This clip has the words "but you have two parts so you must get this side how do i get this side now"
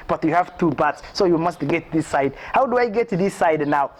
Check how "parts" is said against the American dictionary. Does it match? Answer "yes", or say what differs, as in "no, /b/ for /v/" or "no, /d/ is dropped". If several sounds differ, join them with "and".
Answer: no, /b/ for /p/